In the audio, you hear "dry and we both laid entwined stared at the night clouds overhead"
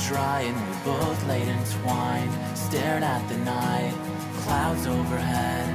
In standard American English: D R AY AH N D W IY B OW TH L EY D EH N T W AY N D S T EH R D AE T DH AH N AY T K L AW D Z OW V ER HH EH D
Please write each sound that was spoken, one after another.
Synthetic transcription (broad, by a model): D R AY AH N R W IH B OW T L EY D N S W AY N S T EH R D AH T DH AH N AY T K L AW D Z OW V ER HH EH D